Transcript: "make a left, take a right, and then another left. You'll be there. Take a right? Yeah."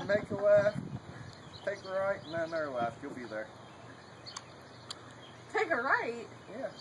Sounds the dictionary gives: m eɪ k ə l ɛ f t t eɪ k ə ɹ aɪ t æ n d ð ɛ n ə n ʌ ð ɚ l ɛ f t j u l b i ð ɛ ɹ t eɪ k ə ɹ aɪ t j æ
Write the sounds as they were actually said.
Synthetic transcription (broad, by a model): m eɪ k ə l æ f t t eɪ k ə ɹ aɪ t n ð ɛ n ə ʌ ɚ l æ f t j u l b i ð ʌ ɹ t eɪ k ə ɹ aɪ t j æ